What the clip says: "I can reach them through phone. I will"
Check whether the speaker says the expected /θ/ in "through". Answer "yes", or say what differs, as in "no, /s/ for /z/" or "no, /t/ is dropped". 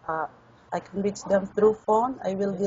no, /t/ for /θ/